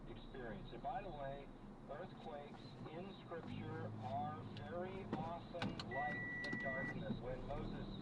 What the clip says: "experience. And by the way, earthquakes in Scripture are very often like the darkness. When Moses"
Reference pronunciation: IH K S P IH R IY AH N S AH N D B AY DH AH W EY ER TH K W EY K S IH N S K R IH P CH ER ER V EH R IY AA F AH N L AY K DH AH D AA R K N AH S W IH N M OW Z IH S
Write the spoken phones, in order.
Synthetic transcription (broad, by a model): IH K S P IH R IY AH N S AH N B AY DH AH W EY ER TH K W EY K S IH N S K R IH P CH ER ER V EH R IY AA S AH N L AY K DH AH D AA R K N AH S W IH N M OW Z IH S